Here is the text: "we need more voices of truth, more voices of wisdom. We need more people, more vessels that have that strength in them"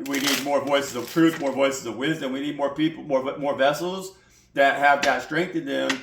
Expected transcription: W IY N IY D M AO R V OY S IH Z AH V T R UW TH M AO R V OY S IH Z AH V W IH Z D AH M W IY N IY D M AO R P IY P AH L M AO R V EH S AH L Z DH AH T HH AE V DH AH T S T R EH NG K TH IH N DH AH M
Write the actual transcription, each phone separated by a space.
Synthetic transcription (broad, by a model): W IY N IY D M AO R V OY S IH Z AH V T R UW TH M AO R V OY S IH Z AH V W IH Z D AH M W IY N IY D M AO R P IY P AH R M AO R V EH S L Z DH AH T HH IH V DH AH T S T R EH NG K TH IH N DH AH M